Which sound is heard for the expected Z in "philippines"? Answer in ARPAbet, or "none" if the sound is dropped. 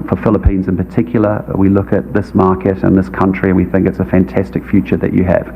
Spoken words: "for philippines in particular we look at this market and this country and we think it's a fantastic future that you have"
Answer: Z